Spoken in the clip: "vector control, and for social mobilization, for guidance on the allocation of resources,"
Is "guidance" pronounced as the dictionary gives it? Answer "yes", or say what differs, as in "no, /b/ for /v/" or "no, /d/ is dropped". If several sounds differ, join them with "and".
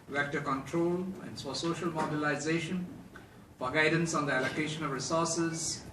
yes